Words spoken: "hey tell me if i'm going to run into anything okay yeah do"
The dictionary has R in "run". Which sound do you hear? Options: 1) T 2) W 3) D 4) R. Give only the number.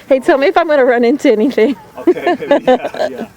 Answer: 4